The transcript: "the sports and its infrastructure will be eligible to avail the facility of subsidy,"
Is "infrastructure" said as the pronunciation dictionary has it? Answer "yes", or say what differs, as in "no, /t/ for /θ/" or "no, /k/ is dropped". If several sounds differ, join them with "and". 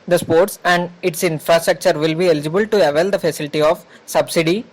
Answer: yes